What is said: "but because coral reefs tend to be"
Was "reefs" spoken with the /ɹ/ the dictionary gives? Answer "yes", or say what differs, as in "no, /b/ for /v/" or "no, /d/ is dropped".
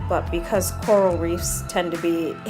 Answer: yes